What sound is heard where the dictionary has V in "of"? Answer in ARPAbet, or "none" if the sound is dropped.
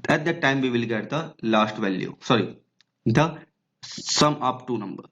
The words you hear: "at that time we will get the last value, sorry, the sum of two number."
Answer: P